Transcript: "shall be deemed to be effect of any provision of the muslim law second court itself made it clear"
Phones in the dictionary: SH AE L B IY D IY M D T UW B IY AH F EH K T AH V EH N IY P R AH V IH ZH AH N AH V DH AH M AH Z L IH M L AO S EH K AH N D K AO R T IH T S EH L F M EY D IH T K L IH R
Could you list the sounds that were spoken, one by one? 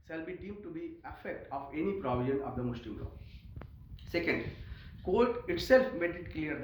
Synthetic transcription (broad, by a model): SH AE L B IY D IY M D T UW B IY AH F EH K T AH V EH N IY P R AH V IH ZH AH N AH V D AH M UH S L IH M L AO S EH K AH N D K AO L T IH T S EH L F M EY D IH T K L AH R